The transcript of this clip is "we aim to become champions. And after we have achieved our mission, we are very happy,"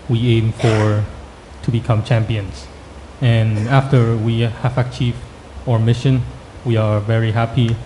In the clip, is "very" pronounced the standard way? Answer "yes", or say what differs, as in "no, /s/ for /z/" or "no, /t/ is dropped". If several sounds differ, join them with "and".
yes